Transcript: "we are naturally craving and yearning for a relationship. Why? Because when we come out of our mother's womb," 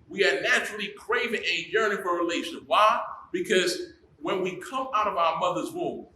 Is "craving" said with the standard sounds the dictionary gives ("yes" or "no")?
yes